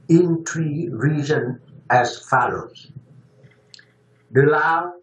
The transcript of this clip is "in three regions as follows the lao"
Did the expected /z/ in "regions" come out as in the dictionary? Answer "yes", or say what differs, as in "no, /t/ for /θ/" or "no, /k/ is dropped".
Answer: no, /z/ is dropped